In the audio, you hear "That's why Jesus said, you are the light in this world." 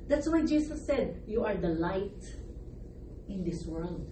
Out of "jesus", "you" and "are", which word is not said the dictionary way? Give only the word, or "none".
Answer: jesus